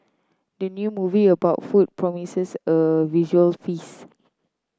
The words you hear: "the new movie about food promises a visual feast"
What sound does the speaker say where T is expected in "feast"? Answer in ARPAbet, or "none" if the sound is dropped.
none